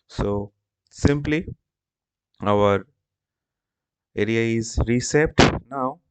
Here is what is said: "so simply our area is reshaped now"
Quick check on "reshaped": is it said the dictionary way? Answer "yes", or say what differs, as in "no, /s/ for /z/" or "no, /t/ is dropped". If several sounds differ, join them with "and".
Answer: no, /s/ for /ʃ/